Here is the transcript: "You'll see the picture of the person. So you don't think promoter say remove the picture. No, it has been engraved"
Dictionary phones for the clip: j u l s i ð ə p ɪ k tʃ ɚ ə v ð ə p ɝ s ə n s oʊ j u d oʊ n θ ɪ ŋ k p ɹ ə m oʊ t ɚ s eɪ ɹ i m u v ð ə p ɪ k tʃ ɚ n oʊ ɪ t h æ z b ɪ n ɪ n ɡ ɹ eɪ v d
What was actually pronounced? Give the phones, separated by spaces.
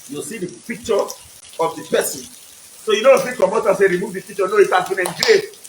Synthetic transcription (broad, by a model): j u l s i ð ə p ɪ k tʃ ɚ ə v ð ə p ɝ s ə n s oʊ j u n oʊ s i k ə m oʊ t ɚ s eɪ ɹ i m u v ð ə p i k tʃ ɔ n oʊ ɪ t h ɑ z b ɪ n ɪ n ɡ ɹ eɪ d